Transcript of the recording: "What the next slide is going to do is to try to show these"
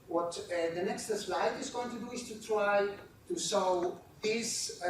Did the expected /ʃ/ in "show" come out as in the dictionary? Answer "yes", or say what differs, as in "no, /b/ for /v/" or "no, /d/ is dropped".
no, /s/ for /ʃ/